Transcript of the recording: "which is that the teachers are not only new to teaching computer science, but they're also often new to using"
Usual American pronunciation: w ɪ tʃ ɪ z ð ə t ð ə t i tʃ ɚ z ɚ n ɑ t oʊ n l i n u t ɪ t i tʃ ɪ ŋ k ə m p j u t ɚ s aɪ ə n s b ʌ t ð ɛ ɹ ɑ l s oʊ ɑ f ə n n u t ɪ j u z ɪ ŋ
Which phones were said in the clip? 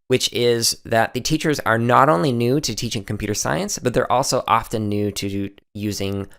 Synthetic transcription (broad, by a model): w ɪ tʃ ɪ z ð ə t ð ə t i tʃ ɚ z ɚ n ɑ t oʊ n l i n u t ɪ t i tʃ ɪ ŋ k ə m p j u t ɚ s aɪ ə n s b ʌ t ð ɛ ɹ ɑ l s oʊ ɑ f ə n n u t ɪ j u z ɪ ŋ